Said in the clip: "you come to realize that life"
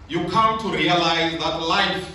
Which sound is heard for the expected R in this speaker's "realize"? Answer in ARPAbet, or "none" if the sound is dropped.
R